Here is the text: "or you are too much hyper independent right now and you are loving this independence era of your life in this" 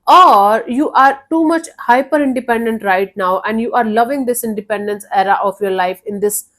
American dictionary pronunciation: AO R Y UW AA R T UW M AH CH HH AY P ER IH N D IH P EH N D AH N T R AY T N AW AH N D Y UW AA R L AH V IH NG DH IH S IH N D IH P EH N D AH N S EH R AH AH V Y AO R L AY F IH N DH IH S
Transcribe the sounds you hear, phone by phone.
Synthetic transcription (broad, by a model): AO R Y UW AA R T UW M AH CH HH AY P ER IH N D IH P EH N D AH N T R AY T N AW AH N D Y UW AA R L AH V IH NG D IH S IH N D IH P EH N D AH N S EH R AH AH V Y AO R L AY F IH N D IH S